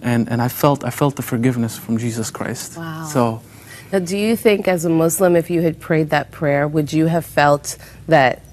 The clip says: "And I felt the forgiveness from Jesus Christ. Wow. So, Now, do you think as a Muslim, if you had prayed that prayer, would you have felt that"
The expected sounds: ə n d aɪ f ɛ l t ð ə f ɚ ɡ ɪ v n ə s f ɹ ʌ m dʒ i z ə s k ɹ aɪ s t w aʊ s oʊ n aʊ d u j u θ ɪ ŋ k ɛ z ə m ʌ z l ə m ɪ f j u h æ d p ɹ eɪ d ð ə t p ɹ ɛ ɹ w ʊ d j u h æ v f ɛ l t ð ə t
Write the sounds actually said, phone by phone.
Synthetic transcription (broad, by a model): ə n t aɪ f ɛ l t ð ə f ɚ ɡ ɪ v n ə s f ɹ ʌ m dʒ i z ə s k ɹ aɪ s t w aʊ s oʊ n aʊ d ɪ j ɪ θ ɪ ŋ k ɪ z ə m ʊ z l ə m ɪ f j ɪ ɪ d p ɹ eɪ d ð ə t p ɹ ɛ ɹ w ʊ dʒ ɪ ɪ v f ɛ l t ð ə t